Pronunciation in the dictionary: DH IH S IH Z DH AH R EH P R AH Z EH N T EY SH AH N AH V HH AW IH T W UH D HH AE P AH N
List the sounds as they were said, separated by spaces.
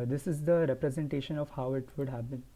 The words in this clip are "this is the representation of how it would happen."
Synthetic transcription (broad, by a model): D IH S IH Z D AH R EH P R AH Z EH N T EY SH AH N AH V HH AW IH T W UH D HH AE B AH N